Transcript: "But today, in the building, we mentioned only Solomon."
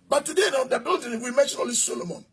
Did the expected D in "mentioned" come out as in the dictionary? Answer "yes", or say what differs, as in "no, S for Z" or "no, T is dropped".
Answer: no, D is dropped